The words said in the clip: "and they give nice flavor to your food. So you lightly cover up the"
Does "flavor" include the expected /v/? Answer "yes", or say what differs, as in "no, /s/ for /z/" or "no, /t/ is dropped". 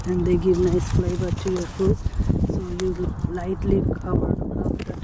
no, /b/ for /v/